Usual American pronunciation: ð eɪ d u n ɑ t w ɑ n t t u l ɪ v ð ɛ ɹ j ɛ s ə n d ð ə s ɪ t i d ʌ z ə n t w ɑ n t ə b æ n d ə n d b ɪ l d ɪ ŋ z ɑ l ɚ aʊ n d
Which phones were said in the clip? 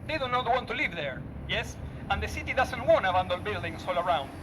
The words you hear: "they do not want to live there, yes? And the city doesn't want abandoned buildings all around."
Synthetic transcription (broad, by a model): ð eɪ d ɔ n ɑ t w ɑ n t t u l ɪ v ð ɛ ɹ j ɛ s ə n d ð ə s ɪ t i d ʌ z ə n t w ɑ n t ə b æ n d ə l b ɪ l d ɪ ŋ s ɑ l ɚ aʊ n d